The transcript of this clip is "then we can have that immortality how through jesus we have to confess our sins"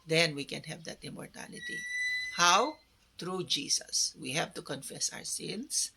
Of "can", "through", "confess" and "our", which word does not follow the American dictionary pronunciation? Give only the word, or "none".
through